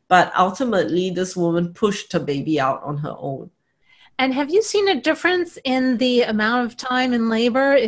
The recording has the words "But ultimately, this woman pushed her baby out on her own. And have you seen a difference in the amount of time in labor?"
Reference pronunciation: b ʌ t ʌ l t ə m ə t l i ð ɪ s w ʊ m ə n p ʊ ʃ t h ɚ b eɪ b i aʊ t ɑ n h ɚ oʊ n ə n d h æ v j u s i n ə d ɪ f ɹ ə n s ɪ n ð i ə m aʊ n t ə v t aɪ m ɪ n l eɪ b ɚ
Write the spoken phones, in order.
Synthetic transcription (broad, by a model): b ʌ t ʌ l t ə m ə t l i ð ɪ s w ʊ m ə n p ʊ ʃ t h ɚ b eɪ b i aʊ t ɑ n h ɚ oʊ n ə n h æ v j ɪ s i n ə d ɪ f ɹ ə n s ɪ n ð i ə m aʊ n t ə v t aɪ m ɪ n l eɪ b ɚ